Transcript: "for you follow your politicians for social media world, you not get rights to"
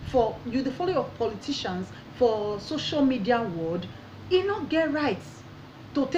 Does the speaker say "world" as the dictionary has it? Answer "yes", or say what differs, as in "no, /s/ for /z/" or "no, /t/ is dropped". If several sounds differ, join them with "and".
no, /l/ is dropped